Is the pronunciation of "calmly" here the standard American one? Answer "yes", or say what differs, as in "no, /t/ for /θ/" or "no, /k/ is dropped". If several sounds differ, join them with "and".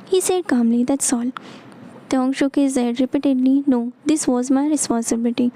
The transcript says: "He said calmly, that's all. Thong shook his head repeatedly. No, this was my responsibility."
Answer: yes